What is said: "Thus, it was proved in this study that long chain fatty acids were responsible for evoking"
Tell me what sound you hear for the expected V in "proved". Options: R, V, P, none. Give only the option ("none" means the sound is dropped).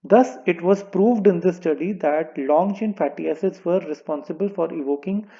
V